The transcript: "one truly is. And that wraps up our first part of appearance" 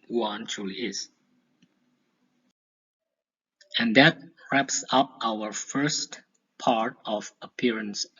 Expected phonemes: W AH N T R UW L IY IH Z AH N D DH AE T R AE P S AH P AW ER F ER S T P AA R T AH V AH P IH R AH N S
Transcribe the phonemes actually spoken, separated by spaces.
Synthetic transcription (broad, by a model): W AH N T R UW L IY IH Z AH N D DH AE T R AE P S AH P AW ER F ER S T P AA R T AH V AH P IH R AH N S